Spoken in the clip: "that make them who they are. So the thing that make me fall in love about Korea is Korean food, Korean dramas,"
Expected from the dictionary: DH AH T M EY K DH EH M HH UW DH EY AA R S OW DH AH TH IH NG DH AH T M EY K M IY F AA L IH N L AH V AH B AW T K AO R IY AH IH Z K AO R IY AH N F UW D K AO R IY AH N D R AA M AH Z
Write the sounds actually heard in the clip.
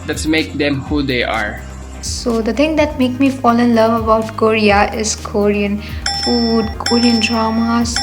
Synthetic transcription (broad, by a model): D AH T M EY K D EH M HH UW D EY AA R S OW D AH T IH NG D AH T M EY K M IY F AA L IH N L AH V AH B AW T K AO R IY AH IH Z K AO R IY AH N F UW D K AO R IY AH N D R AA M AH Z